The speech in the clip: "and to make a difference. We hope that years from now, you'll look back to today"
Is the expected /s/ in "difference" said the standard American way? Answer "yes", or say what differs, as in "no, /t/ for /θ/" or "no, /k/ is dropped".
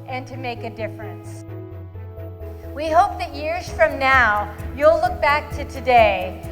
yes